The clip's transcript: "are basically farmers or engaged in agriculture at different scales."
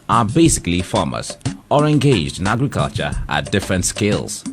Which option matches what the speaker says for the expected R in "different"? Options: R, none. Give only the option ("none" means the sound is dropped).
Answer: R